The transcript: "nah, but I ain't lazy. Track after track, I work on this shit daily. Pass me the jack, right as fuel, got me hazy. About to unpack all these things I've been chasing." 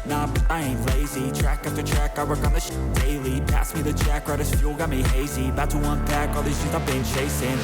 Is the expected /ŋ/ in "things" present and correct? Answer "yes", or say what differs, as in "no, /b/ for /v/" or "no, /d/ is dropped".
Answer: no, /ŋ/ is dropped